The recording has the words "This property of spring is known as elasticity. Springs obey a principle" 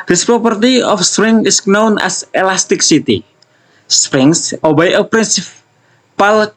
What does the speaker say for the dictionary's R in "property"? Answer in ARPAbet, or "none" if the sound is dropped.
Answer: R